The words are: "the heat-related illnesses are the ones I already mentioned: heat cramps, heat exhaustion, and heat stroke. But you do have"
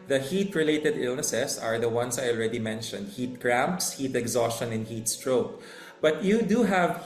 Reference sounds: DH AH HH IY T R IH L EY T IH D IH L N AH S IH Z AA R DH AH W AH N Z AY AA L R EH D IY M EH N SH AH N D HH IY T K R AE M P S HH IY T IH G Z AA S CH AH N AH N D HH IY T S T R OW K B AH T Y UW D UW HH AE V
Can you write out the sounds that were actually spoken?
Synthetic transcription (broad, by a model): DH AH HH IY T R IH L EY T IH D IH L N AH S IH S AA R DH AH W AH N S AY AA L R EH D IY M EH N SH AH N D HH IY T K R AE M P S HH IY T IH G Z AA S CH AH N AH N HH IY T S T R OW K B AH T Y UW D UW HH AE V